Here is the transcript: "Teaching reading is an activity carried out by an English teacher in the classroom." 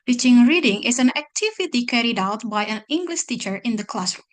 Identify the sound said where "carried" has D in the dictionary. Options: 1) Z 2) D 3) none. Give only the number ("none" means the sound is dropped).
2